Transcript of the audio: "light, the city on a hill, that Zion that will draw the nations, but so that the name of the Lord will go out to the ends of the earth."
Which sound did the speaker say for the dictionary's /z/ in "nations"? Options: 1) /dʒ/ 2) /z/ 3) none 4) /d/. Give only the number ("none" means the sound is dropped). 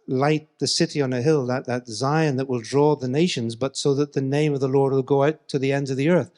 2